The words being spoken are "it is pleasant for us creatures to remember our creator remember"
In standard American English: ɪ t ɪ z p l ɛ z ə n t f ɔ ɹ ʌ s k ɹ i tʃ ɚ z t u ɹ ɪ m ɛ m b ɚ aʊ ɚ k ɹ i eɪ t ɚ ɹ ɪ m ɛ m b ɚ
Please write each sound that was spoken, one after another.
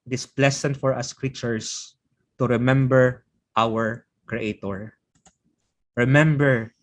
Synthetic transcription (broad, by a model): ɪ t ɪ s p l ɛ s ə n t f ɔ ɹ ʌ s k ɹ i tʃ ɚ s t u ɹ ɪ m ɛ m b ɚ aʊ ɚ k ɹ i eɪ t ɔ ɹ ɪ m ɛ m b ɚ